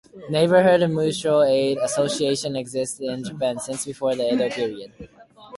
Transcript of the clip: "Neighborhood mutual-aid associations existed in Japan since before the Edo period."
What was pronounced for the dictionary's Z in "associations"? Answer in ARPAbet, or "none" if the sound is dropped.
none